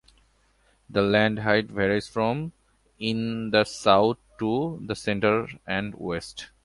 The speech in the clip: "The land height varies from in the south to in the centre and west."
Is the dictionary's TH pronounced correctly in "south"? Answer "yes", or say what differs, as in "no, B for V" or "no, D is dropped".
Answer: no, T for TH